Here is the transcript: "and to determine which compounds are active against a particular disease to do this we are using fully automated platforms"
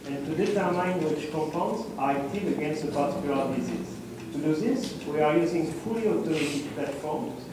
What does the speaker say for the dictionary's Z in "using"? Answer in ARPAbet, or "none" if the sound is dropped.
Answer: Z